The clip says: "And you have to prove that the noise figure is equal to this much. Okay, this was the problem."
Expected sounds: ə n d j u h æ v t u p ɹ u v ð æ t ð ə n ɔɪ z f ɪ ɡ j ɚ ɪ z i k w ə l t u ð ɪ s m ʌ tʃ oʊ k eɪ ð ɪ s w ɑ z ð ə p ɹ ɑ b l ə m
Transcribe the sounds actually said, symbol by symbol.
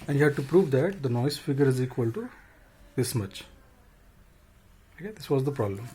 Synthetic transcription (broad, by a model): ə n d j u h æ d t u p ɹ u v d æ t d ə n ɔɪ s f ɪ ɡ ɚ ɪ z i k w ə l t u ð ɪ s m ʌ tʃ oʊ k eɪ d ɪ s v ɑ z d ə p ɹ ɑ b l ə m